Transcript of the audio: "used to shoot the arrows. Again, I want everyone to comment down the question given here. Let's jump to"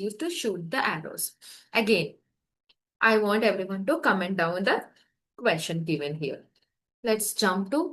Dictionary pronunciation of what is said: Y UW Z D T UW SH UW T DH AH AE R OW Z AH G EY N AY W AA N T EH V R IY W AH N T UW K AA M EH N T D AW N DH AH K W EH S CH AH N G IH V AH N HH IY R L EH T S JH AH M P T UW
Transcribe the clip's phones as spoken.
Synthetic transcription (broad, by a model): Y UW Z T UW SH UW T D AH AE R OW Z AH G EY N AY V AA N T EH V R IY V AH N T UW K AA M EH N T D AW N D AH K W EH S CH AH N G IH V AH N HH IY R L EH T S JH AH M P T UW